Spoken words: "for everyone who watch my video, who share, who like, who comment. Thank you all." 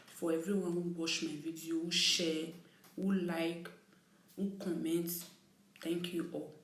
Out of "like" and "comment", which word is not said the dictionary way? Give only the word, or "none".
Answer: none